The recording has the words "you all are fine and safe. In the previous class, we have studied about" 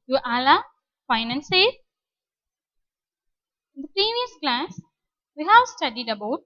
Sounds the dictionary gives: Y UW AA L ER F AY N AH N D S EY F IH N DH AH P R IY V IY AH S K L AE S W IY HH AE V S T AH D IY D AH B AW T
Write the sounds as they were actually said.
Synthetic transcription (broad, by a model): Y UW AA L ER F AY N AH N S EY IH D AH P R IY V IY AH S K L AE S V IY HH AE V S T AH D IY D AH B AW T